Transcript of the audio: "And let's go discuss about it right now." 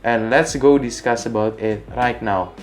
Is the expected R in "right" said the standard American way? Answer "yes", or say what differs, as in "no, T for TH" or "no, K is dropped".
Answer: yes